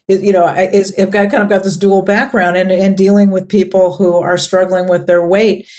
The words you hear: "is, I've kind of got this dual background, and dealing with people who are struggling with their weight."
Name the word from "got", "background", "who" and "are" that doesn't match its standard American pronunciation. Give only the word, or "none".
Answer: none